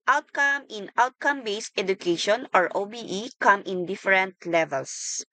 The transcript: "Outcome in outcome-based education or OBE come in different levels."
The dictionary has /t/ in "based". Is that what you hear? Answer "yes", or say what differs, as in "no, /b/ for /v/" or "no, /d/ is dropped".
yes